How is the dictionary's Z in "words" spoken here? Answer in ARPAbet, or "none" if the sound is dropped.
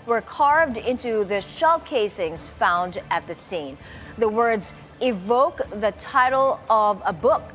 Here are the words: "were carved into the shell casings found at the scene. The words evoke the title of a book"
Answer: Z